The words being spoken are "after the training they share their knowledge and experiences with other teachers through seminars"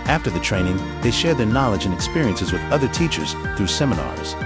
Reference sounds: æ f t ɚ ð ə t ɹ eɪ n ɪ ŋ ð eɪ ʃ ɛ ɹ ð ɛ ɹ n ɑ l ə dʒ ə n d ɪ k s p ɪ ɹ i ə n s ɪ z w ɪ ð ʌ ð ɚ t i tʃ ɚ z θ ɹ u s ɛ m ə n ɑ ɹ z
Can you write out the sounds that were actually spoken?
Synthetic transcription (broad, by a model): æ f t ɚ ð ə t ɹ eɪ n ɪ ŋ ð eɪ ʃ ɛ ɹ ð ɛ ɹ n ɑ l ə dʒ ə n ɪ k s p ɪ ɹ i ə n s ɪ z w ɪ ð ʌ ð ɚ t i tʃ ɚ z θ ɹ u s ɛ m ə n ɑ ɹ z